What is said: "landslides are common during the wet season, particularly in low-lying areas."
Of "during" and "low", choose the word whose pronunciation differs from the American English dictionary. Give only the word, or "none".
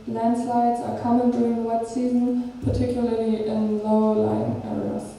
none